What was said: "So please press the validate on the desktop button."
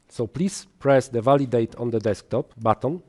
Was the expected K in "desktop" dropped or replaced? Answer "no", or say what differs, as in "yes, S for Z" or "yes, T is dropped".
no